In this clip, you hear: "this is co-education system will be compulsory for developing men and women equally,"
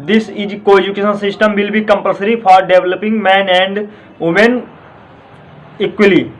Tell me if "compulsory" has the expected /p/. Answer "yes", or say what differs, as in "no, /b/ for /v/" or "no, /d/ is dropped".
yes